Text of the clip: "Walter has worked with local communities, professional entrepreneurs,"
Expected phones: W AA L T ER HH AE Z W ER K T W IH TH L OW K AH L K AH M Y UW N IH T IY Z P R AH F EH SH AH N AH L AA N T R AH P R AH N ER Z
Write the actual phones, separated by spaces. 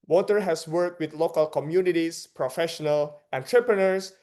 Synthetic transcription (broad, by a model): W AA T ER HH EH S W ER K T W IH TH L OW K AH L K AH M Y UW N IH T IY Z P R AH F EH SH AH N AH L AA N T R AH P R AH N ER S